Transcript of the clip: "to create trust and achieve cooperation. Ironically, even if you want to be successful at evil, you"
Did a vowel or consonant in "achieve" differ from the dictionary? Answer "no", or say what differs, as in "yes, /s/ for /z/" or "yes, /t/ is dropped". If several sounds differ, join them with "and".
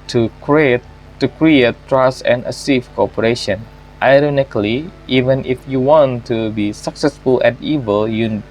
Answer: yes, /s/ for /tʃ/